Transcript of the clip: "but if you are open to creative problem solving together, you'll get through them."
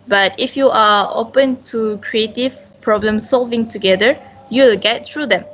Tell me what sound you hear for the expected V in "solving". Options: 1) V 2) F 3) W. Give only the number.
1